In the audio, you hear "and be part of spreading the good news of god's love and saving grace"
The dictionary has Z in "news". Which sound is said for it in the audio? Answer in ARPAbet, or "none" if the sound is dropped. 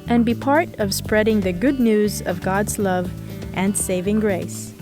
Z